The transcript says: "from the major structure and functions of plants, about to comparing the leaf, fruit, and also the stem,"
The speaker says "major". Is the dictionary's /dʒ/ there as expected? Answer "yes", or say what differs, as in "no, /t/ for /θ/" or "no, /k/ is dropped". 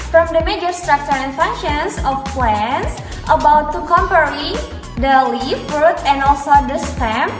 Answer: yes